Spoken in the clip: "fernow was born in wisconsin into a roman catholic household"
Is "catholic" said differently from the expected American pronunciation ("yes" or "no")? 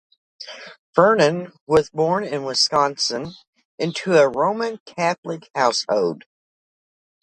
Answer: no